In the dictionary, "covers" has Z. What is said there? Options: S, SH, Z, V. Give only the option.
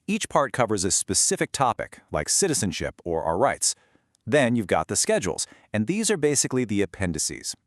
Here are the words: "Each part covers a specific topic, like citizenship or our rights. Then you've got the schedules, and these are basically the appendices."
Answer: Z